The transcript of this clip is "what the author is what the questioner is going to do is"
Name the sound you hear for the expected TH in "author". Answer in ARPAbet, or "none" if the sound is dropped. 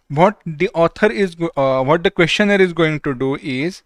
T